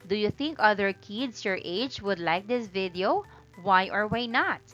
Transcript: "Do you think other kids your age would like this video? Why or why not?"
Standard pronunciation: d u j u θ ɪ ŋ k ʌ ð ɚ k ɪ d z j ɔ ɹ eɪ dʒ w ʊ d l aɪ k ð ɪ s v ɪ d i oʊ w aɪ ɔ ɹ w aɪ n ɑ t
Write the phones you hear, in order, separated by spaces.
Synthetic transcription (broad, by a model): d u j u θ ɪ ŋ k ʌ ð ɚ k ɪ d s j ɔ ɹ eɪ dʒ w ʊ d l aɪ k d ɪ s v ɪ d i oʊ w aɪ ɔ ɹ w aɪ n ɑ t